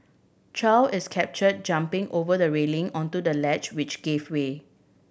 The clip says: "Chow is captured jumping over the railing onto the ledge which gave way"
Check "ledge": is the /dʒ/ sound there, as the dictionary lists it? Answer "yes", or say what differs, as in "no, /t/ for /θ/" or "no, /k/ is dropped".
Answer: no, /tʃ/ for /dʒ/